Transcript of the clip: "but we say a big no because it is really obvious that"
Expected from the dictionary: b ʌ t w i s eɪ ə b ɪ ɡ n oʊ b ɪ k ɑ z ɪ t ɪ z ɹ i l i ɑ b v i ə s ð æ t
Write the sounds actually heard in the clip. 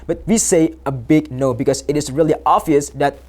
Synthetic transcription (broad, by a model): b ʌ t w i s eɪ ə b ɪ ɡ n oʊ b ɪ k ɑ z ɪ t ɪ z ɹ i l i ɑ v i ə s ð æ t